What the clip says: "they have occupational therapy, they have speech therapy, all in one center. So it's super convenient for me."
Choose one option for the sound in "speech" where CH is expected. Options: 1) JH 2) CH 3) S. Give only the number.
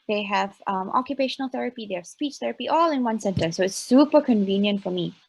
2